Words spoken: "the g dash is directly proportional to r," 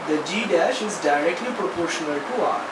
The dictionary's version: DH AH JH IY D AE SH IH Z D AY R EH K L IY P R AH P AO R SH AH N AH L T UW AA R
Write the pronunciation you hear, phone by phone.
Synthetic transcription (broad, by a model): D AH JH IY D AE SH IH Z D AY R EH K L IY P R AH P AO R SH AH N AH L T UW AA